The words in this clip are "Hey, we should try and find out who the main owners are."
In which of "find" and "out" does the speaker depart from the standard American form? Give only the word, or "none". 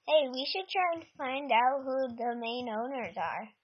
none